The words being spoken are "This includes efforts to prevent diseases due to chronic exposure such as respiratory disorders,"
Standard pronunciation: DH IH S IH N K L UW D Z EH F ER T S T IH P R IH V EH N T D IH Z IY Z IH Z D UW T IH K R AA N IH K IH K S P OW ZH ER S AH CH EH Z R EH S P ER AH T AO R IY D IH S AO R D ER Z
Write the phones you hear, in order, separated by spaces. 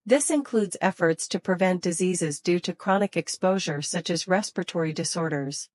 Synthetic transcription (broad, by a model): DH IH S IH N K L UW D Z EH F ER T S T IH P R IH V EH N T D IH Z IY Z IH Z D UW T IH K R AA N IH K IH K S P OW ZH ER S AH CH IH Z R EH S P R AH T AO R IY D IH S AO R D ER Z